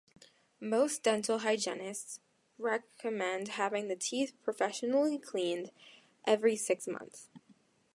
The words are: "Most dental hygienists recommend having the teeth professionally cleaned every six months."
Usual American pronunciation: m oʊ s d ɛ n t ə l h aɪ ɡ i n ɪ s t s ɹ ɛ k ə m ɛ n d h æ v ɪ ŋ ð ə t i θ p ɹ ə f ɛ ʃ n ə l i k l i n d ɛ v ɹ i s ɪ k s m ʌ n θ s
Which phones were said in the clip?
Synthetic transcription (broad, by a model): m oʊ s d ɛ n t l h aɪ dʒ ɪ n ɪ s t s ɹ ɛ k ə m ɛ n d h æ v ɪ ŋ ð ə t i θ p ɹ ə f ɛ ʃ n l i k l i n d ɛ v ɹ i s ɪ k s m ʌ n θ s